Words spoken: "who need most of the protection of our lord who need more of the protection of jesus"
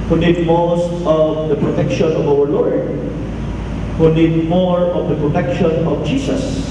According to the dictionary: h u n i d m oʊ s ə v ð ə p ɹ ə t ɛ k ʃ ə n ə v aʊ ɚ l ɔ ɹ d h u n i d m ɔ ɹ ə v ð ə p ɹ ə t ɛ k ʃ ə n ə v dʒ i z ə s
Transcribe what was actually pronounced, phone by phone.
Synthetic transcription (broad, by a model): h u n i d m oʊ s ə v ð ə p ɹ ə t ɛ k ʃ ə n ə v aʊ ɚ l ɔ ɹ d h u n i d m ɔ ɹ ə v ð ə p ɹ ə t ɛ k ʃ ə n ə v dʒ i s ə s